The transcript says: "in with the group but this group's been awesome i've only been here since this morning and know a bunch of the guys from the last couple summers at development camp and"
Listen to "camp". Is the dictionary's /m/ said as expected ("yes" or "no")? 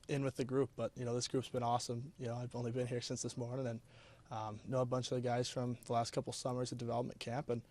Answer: yes